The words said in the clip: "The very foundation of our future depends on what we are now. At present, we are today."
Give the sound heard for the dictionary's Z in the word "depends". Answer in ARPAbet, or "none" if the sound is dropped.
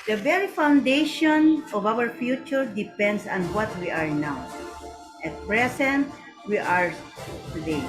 S